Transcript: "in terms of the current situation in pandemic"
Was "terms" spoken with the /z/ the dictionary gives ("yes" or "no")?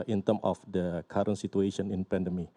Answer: no